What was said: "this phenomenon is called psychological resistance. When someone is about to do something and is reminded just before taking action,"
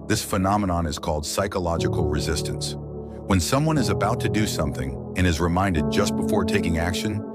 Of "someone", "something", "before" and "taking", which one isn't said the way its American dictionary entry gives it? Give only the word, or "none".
none